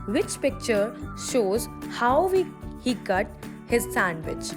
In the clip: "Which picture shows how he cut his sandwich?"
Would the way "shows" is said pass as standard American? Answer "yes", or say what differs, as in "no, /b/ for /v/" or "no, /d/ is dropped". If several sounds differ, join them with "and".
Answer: yes